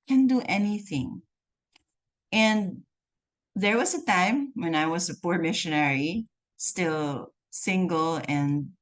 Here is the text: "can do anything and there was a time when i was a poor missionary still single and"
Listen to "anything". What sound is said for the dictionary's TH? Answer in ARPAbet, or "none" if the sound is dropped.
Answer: TH